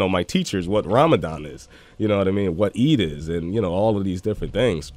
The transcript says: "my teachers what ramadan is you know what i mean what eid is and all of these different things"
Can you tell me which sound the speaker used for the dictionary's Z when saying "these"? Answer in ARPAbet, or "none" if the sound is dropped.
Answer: Z